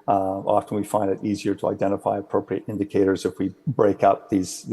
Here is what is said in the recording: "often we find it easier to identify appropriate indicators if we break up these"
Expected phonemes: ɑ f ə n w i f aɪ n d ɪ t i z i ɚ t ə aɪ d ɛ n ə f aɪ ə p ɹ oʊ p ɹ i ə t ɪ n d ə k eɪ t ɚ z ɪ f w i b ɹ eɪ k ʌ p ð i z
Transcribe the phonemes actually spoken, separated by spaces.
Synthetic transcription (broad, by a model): ɑ f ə n w i f aɪ n d ɪ t i z i ɚ t ə aɪ d ɛ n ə f aɪ ə p ɹ oʊ p ɹ i ə t ɪ n d ə k eɪ t ɚ z ɪ f w i b ɹ eɪ k ʌ p ð i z